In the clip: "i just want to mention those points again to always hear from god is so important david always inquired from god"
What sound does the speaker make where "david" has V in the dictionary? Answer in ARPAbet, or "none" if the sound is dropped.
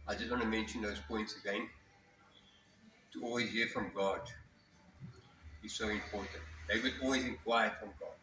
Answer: W